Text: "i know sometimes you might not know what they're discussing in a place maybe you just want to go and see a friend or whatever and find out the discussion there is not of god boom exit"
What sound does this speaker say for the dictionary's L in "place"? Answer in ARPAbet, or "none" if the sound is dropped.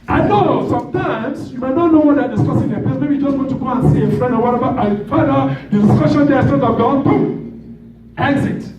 none